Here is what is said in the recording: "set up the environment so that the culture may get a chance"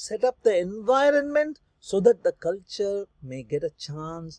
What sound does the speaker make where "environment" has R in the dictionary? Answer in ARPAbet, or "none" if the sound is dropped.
R